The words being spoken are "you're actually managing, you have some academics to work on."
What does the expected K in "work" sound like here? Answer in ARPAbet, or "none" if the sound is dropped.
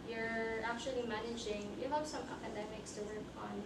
K